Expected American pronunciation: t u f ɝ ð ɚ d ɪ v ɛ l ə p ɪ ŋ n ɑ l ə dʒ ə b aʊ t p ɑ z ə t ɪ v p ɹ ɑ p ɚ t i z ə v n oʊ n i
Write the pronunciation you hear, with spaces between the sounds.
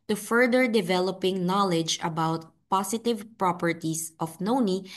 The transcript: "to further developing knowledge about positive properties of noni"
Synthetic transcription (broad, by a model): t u f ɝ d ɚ d ɪ v ɛ l ə p ɪ ŋ n ɑ l ə dʒ ə b aʊ t p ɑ s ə t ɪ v p ɹ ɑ p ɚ t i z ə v n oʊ n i